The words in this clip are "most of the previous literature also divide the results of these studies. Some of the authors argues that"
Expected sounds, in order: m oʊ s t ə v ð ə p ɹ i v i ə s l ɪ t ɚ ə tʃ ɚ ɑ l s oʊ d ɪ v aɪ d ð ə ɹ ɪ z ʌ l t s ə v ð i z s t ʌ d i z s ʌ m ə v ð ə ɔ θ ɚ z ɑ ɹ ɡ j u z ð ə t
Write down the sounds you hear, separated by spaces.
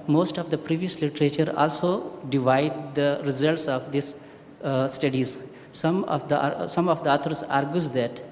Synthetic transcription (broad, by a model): m oʊ s t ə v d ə p ɹ i v i ə s l ɪ t ɚ ə tʃ ɚ ɑ l s oʊ d ɪ v aɪ d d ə ɹ ɪ z ʌ l t s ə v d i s s t ʌ d i z s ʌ m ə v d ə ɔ t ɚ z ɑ ɹ ɡ j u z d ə t